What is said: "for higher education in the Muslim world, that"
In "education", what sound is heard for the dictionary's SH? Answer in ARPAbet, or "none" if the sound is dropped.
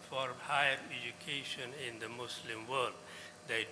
SH